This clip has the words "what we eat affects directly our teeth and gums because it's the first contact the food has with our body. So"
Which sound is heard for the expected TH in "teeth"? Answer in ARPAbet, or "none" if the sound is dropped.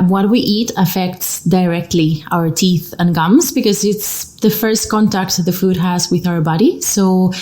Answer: TH